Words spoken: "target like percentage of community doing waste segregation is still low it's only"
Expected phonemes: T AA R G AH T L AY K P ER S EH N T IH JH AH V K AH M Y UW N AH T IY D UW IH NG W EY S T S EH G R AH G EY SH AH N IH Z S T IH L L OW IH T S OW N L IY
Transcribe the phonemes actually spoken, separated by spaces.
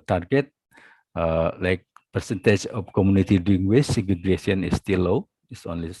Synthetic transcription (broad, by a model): T AA R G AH T L AY K P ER S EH N T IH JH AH F K AH M Y UW N AH T IY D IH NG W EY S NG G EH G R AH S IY AH N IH S T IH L L OW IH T S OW N L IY